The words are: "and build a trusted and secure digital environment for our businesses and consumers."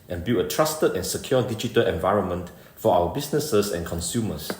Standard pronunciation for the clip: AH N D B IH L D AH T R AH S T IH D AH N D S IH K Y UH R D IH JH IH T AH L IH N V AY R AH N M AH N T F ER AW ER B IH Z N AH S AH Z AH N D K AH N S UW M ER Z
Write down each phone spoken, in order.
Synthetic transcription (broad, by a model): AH N B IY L AH T R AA S T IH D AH N S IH K Y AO D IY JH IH T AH L IH N V AY R AH N M AH N T F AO AW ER B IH S N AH S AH S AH N K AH N S UW M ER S